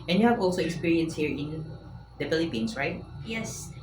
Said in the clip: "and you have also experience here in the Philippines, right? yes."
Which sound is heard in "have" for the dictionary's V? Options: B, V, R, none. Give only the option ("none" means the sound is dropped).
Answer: V